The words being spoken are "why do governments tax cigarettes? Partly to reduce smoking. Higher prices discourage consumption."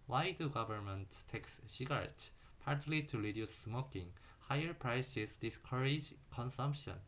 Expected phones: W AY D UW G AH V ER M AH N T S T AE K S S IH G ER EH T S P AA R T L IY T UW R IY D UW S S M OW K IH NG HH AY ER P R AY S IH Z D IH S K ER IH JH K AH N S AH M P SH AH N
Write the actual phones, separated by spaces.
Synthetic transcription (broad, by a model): W AY D UW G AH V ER M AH N T T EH K S SH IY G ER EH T P AA R T L IY T UW R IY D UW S S M OW K IH NG HH AY ER P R AY S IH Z D IH S K ER IH JH K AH N S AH M P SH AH N